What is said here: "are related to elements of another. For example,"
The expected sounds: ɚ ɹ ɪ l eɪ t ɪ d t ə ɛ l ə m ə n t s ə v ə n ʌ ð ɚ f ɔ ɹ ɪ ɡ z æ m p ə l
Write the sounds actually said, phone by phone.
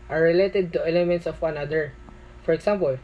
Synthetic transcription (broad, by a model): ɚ ɹ ɪ l eɪ t ɪ d t ə ɛ l ə m ə n t s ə w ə n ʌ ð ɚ f ɔ ɹ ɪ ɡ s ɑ m p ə l